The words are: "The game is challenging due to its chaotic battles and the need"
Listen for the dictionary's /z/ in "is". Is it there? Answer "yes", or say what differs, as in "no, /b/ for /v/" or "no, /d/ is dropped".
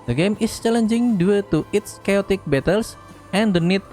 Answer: no, /s/ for /z/